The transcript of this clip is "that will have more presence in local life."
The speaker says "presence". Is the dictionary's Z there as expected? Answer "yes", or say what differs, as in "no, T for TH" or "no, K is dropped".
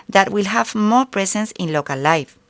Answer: no, S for Z